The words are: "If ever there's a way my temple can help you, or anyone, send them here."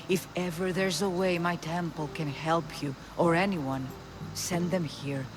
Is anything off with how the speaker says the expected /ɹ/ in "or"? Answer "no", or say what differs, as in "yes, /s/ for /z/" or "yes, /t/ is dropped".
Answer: no